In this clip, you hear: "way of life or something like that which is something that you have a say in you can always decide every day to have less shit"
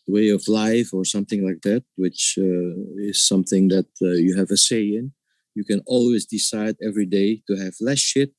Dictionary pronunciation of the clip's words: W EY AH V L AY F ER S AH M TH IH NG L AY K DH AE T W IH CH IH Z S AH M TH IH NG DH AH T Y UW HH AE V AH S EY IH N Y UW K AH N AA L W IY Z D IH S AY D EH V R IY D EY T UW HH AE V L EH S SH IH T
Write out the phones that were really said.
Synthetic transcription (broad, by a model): W EY AH V L AY F ER S AH M TH IH NG L AY K DH AE T W IH CH IH Z S AH M TH IH NG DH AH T Y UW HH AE V AH S EY IH N Y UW K AH N AA L W IY Z D IH S AY D EH V R IY D EY T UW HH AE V L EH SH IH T